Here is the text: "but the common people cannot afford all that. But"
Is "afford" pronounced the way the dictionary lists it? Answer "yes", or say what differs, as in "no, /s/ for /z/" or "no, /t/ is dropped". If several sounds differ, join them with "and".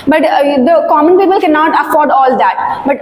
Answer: yes